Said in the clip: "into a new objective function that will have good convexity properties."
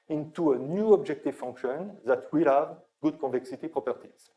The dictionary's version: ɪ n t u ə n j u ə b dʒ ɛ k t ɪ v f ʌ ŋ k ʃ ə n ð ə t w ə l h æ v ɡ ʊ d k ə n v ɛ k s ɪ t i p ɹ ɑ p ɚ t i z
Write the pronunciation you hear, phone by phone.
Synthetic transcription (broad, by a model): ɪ n t u ə n j u ə b dʒ ɛ k t ɪ v f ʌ ŋ k ʃ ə n ð ə t w ə l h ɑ v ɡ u d k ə v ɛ k s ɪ t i p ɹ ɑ p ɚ t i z